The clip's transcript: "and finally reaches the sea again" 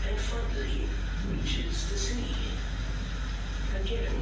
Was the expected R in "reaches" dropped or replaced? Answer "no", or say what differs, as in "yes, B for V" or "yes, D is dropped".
no